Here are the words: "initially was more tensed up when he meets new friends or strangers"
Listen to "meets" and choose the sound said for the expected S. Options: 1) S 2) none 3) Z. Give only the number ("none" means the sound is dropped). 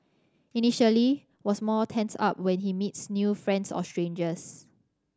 1